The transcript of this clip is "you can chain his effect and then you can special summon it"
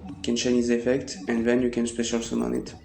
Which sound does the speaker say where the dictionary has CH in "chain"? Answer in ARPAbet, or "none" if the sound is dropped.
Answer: SH